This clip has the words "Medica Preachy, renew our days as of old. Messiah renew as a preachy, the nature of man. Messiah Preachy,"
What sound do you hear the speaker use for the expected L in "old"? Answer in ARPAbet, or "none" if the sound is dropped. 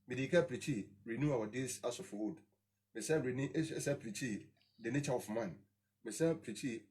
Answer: none